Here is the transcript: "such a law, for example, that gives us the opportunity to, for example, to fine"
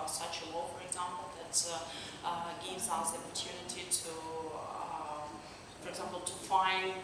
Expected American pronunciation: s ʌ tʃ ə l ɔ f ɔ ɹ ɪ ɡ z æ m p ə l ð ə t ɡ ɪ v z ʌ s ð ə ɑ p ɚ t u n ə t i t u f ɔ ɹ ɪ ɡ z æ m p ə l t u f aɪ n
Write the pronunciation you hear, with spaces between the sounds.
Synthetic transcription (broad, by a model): s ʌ tʃ ə w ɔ f ɔ ɹ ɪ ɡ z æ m p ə l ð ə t ɡ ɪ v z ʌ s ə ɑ p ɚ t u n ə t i t u f ɔ ɹ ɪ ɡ z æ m p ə l t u f aɪ n